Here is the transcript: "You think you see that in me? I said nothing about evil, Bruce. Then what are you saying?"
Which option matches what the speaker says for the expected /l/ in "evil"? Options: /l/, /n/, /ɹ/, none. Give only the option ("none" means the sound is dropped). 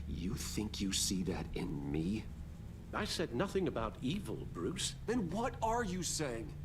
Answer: /l/